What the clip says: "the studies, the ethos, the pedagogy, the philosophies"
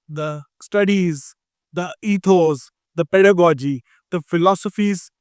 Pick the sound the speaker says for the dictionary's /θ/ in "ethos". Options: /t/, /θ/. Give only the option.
/t/